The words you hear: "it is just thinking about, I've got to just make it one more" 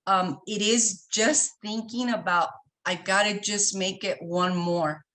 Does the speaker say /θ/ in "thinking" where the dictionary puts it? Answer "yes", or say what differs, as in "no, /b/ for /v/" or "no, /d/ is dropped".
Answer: yes